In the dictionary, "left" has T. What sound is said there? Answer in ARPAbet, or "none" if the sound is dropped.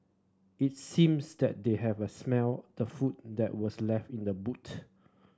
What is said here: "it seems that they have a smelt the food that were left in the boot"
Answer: T